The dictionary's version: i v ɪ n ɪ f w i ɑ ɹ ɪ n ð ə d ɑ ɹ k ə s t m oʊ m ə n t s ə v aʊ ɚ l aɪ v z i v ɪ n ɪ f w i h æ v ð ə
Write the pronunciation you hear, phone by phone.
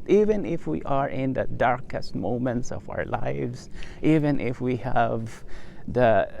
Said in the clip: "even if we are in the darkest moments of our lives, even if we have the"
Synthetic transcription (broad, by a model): i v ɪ n ɪ f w i ɑ ɹ ɪ n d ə d ɑ ɹ k ə s t m oʊ m ə n t s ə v aʊ ɚ l aɪ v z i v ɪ n ɪ f w i h æ v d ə